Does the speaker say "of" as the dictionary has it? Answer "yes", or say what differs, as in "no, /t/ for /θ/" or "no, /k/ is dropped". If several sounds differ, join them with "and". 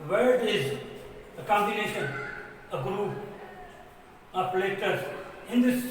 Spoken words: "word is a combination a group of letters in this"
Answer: no, /p/ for /v/